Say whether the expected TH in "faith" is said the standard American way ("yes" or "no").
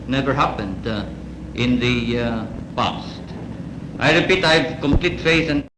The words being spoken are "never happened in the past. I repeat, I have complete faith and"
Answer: no